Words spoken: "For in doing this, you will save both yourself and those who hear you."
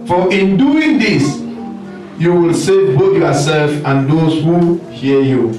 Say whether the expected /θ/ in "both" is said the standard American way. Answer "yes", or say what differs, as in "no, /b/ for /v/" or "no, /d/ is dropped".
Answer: no, /t/ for /θ/